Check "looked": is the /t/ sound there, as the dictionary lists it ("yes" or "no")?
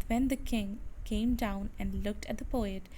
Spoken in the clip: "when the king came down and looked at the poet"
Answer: yes